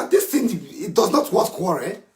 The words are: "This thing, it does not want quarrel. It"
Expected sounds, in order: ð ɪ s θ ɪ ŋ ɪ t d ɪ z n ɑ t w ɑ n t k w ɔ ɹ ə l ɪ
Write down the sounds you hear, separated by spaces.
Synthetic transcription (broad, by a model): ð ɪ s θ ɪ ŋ ɪ t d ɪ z n ɑ t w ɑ t k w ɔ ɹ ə